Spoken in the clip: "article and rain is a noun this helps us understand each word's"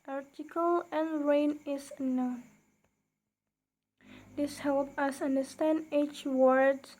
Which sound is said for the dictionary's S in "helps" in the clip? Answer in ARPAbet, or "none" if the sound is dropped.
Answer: none